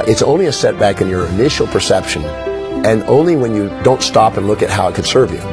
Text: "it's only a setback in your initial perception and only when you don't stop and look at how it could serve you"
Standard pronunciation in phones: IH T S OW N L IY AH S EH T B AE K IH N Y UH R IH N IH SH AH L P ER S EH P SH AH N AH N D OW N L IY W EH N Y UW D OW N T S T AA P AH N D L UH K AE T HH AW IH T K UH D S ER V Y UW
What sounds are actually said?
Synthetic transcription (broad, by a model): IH T S OW N L IY AH S EH T B AE K IH N Y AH R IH N IH SH L P ER S EH P SH AH N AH N OW N L IY W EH N Y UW D OW N T S T AA P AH N L UH K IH T HH AW IH T K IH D S ER V Y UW